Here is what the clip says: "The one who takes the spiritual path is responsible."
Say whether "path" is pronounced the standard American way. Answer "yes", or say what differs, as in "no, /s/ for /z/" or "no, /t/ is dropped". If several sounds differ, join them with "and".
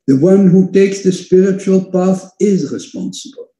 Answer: yes